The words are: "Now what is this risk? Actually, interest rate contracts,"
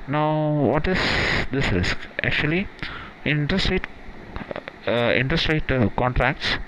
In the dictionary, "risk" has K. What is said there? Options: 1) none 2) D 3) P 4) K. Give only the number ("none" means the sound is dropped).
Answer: 4